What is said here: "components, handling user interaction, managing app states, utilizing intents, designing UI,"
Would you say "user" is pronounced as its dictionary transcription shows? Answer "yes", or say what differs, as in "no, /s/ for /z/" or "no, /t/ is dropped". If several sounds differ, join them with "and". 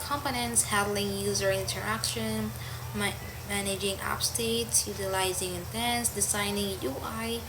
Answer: yes